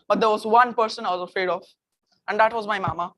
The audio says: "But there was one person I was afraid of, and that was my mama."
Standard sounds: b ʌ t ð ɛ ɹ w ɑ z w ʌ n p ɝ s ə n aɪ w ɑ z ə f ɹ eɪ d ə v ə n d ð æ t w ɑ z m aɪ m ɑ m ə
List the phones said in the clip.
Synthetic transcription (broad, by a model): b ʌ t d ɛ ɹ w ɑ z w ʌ n p ɝ s ə n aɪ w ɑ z ə f ɹ eɪ d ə f ə n d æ t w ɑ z m aɪ m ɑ m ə